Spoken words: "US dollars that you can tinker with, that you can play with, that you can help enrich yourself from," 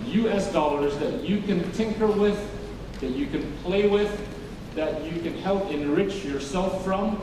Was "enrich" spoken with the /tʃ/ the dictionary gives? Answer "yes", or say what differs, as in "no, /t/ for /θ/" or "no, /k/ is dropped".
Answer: yes